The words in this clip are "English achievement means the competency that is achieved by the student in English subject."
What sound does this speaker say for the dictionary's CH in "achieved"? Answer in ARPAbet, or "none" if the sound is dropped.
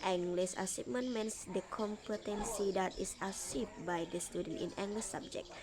S